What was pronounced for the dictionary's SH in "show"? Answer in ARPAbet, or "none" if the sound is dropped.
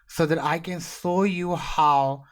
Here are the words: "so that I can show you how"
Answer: S